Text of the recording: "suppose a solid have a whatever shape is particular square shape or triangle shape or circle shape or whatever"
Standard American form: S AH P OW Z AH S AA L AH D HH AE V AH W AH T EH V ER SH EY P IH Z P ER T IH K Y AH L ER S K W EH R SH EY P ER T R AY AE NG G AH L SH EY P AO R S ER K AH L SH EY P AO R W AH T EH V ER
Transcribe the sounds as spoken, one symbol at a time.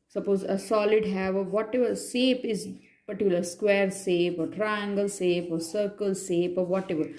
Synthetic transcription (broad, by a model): S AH P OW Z AH S AA L AH D HH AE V AH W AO T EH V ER S EY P IH Z P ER T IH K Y L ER S K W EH R S EY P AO T R AY AE NG G AH L S EY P AO R S ER K AH L S EY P AO R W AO T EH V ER